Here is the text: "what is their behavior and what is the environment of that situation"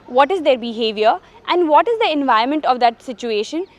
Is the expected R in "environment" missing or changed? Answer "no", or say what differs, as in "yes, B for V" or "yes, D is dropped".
yes, R is dropped